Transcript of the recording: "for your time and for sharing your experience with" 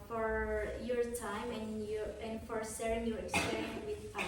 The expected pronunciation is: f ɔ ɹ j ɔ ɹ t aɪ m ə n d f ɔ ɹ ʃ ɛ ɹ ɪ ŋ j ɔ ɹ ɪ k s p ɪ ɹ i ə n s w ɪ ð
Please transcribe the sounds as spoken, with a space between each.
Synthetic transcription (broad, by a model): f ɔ ɹ j ɔ ɹ t aɪ m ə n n f ɔ ɹ s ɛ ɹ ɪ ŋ j ɔ ɹ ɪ k s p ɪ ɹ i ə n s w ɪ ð